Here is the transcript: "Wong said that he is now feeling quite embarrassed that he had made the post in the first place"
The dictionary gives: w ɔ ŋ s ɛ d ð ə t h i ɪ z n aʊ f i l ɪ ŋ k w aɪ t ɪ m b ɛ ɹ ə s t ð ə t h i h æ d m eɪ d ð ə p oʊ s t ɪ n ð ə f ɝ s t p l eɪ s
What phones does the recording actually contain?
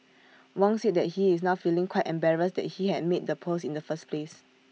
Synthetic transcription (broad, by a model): w ɔ ŋ s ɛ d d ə t h i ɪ s n aʊ f i l ɪ ŋ k w aɪ t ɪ m b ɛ ɹ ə s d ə t h i h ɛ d m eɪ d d ə p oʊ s ɪ n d ə f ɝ s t p l eɪ s